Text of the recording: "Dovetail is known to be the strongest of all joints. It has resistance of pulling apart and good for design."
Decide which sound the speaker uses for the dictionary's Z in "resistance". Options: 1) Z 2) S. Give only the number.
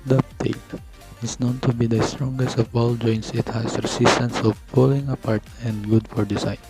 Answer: 2